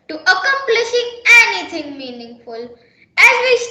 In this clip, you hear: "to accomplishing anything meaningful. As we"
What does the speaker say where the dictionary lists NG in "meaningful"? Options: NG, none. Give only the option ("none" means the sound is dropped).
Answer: NG